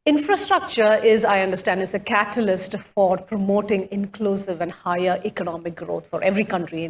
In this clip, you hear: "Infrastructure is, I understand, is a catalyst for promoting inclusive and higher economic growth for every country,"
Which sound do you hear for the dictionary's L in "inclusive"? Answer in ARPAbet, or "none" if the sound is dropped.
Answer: L